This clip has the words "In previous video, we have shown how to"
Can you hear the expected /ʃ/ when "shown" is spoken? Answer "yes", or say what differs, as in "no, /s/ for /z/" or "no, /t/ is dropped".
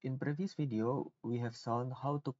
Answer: no, /s/ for /ʃ/